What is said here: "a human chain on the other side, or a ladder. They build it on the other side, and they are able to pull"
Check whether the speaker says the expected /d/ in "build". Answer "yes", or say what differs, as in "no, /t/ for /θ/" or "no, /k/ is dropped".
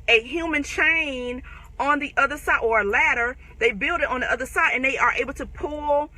yes